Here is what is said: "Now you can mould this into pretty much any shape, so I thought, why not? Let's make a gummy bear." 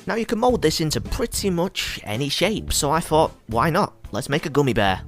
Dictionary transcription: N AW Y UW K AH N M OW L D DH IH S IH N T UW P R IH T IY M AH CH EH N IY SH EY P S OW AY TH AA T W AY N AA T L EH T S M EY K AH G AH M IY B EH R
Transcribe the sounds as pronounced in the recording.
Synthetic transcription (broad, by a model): N AW Y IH K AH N M OW L D DH IH S IH N T UW P R IH T IY M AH CH EH N IY SH EY P S OW AY TH AA T W AY N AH T L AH T S M EY K AH G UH M IY B EH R